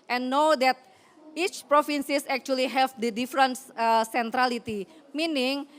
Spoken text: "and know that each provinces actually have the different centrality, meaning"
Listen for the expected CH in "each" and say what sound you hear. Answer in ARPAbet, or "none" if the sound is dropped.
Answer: CH